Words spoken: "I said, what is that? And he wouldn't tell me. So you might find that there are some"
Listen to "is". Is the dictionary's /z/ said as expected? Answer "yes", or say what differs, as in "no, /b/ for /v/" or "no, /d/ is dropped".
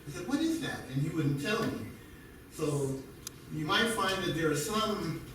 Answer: yes